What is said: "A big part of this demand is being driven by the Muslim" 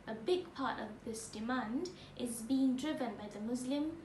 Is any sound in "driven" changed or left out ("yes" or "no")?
no